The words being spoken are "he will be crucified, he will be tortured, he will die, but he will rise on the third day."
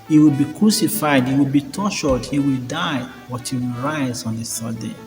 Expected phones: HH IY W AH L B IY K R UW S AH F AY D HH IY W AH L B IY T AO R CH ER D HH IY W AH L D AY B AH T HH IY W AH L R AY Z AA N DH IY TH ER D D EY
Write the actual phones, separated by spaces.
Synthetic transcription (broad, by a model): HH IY W AH L B IY K R UW S AH F AY D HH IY W AH L B IY T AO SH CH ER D HH IY W AH L D AY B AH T HH IY W AH L R AY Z AA N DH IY S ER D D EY